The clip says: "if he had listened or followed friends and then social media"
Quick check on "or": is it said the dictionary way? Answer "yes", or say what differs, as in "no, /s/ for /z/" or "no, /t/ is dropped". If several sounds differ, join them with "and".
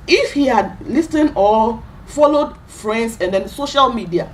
no, /l/ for /ɹ/